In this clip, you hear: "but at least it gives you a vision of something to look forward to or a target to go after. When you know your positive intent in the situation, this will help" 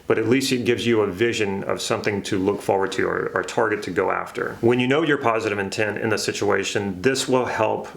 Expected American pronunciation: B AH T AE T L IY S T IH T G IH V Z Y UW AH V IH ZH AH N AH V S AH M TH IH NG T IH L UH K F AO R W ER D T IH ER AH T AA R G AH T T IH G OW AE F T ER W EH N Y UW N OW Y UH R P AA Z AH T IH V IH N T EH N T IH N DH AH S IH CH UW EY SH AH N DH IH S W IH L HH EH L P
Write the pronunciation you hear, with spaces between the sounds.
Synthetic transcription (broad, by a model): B AH T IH T L IY S T IH T G IH V Z Y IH AH V IH ZH AH N AH V S AH M TH IH NG T IH L UH K F AO R W ER D T IH ER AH T AA R G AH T T IH G OW AE F T ER W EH N Y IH N OW Y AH R P AA Z AH T IH V IH N T EH N T IH N DH AH S IH CH UW EY SH AH N DH IH S W IH L HH EH L P